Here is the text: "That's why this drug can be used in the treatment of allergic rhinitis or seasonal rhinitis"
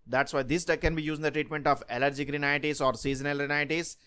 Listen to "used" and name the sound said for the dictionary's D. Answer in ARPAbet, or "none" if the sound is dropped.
none